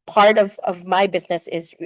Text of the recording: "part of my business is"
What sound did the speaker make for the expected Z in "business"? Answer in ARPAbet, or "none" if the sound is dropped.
Z